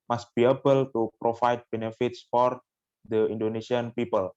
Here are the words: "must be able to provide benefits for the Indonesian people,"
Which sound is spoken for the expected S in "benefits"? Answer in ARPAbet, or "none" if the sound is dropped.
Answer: S